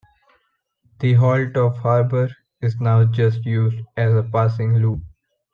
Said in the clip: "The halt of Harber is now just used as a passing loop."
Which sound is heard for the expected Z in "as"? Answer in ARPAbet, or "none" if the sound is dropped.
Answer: Z